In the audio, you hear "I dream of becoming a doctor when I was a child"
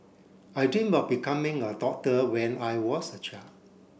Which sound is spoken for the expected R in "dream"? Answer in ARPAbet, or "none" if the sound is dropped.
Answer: none